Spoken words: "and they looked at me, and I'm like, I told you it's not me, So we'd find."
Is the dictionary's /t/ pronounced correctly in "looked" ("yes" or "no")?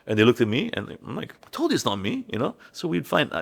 yes